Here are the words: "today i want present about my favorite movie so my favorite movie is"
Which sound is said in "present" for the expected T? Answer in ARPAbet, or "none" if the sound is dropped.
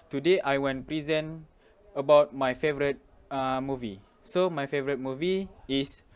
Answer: none